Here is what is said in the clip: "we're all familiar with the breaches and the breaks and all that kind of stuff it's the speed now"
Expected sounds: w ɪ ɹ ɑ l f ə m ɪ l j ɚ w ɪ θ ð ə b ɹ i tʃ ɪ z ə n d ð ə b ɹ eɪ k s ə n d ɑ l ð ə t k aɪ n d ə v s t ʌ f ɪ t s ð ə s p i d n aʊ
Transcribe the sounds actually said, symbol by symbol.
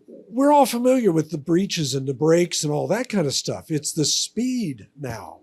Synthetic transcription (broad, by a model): w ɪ ɹ ɑ l f ə m ɪ l j ɚ w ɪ ð ə b ɹ i tʃ ɪ z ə n ð ə b ɹ eɪ k s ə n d ɑ l ð ə t k aɪ n d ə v s t ʌ f ɪ t s ð ə s p i d n aʊ